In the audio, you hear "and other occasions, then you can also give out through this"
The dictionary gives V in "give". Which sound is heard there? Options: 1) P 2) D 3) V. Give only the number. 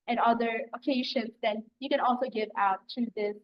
3